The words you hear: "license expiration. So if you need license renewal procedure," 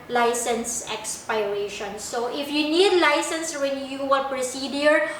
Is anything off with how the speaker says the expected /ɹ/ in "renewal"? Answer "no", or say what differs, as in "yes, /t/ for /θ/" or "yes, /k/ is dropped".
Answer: yes, /w/ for /ɹ/